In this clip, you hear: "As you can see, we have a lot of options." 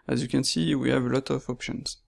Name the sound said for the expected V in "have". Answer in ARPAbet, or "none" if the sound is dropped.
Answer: V